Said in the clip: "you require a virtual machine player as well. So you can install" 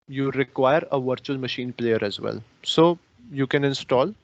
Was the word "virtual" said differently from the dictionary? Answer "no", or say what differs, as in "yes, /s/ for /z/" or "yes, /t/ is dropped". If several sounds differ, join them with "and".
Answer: no